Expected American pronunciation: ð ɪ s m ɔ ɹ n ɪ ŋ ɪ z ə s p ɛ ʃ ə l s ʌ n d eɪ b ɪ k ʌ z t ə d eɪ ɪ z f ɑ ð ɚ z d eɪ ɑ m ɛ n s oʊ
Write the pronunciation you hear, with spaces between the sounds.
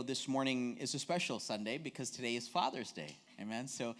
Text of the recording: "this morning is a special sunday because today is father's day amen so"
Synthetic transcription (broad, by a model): ð ɪ s m ɔ ɹ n ɪ ŋ ɪ z ə s p ɛ ʃ l s ʌ n d eɪ b ɪ k ʌ z t ə d eɪ ɪ z f ɑ ð ɚ z d eɪ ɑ m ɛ n s oʊ